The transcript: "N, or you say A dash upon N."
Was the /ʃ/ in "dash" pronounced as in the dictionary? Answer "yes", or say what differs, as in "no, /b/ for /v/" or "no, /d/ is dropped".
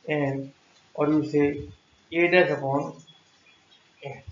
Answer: no, /s/ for /ʃ/